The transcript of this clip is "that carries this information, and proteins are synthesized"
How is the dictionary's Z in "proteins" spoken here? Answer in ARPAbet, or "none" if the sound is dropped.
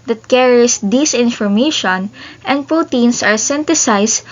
S